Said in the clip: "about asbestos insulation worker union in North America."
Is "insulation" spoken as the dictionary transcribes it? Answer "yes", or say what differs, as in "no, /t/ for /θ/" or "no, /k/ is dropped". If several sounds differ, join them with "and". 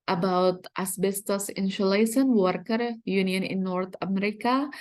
no, /ʃ/ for /s/ and /s/ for /ʃ/